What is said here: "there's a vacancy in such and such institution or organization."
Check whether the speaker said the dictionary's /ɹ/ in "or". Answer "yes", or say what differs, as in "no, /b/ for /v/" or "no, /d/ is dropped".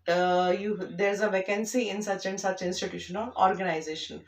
no, /l/ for /ɹ/